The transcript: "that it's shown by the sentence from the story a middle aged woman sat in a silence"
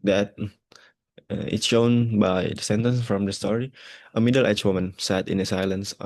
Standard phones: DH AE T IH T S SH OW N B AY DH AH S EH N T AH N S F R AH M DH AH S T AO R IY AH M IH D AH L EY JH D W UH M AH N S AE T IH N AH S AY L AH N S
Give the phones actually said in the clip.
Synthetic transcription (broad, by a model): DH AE T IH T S SH OW N B AY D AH S EH N T AH N S F R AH M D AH S T AO R IY AH M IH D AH L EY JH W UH M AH N S AE T IH N AH S AY L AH N S